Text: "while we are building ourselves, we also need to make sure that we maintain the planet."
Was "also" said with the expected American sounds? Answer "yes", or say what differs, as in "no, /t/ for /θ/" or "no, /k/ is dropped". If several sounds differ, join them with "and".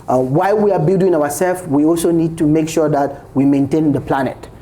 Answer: yes